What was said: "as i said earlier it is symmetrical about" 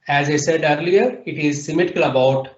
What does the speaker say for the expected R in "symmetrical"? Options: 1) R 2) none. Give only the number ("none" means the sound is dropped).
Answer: 2